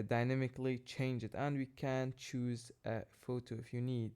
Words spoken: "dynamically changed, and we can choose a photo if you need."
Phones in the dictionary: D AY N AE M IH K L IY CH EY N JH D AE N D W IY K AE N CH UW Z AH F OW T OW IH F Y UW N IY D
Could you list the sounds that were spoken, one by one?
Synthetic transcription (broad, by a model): D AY N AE M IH K L IY CH EY N JH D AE N D W IY K AE N CH UW Z AH F OW T OW IH F Y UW N IY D